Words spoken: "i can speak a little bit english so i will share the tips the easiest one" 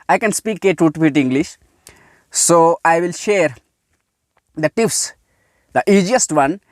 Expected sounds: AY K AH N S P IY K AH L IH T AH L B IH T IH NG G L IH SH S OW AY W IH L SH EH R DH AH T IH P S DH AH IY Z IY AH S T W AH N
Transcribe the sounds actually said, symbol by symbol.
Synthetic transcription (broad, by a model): AY K AH N S P IY K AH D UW T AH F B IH T IH NG G L IH SH S OW AY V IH L SH EH R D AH T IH F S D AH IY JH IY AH S T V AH N